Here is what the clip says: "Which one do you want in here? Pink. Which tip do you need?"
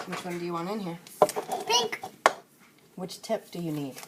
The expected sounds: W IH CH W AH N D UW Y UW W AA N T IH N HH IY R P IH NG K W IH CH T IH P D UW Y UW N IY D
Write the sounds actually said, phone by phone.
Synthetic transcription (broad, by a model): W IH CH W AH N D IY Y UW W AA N IH N HH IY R P IH NG K W IH CH T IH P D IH Y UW N IY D